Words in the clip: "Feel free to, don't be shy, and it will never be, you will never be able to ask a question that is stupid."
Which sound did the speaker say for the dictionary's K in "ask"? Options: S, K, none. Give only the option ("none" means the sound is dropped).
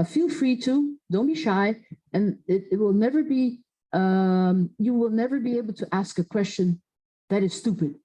K